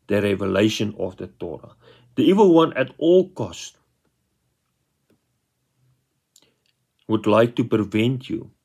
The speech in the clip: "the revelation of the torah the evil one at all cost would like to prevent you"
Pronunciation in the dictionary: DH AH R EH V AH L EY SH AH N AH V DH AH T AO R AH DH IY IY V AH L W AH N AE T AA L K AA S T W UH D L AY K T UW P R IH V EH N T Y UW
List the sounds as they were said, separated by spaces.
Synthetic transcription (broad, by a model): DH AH R EH V AH L EY SH AH N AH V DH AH T AO R AH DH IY IY V AH L W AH N AE T AA L K AA S T W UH D L AY K T UW P IH V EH N T Y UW